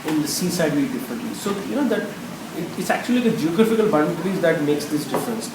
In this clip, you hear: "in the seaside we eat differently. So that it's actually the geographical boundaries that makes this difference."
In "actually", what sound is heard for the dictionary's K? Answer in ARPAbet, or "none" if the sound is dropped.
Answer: K